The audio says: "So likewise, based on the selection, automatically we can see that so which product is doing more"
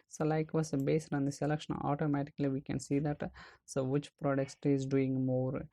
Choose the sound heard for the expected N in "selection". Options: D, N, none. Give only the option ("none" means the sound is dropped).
none